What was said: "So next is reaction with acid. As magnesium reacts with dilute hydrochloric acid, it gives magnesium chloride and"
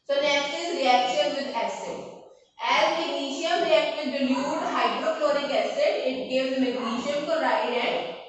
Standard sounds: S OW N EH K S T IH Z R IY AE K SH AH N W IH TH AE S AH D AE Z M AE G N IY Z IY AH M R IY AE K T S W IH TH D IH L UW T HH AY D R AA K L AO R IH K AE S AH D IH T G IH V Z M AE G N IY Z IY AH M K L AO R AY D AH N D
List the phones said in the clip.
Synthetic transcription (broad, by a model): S OW N EH K S T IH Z R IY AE K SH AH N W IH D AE S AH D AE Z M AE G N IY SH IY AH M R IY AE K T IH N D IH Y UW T HH AY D R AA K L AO R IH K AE S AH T IH T G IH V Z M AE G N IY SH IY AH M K AO R AY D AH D